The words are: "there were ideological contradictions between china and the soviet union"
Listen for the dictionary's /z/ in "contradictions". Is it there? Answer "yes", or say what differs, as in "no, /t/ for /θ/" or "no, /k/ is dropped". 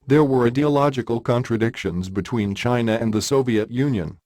yes